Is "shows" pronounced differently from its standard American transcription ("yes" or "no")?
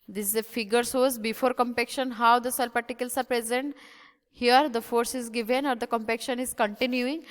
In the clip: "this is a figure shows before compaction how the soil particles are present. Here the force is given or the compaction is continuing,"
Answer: yes